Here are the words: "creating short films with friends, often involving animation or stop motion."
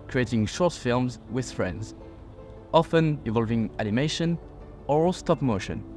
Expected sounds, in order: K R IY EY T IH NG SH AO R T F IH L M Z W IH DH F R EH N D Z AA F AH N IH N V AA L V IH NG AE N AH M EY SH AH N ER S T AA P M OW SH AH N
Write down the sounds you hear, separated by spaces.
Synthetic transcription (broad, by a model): K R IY EY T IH NG SH AO R T F IH L M Z W IH DH F R EH N D Z AA F AH N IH V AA L V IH NG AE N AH M EY SH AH N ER S T AA P M OW SH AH N